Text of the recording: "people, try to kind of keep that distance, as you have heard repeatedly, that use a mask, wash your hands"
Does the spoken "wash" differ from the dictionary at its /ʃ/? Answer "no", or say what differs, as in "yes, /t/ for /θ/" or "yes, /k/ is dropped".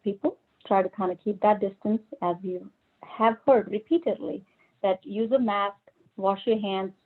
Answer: no